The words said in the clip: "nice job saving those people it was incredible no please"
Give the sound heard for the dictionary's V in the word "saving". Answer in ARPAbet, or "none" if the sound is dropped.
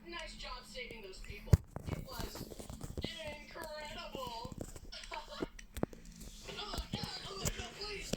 V